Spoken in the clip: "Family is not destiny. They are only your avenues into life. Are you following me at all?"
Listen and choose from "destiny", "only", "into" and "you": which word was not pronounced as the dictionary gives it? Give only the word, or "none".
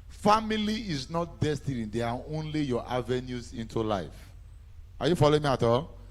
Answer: none